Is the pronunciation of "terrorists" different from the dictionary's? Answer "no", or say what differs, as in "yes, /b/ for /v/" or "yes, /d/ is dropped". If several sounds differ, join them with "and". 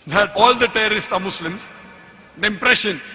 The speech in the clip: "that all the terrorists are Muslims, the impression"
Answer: no